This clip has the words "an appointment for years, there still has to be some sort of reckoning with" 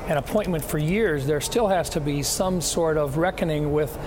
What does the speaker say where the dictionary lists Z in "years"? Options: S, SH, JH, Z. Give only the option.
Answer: Z